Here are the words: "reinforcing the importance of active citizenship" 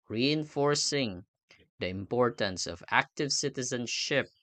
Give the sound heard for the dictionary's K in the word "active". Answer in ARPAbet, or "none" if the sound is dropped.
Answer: K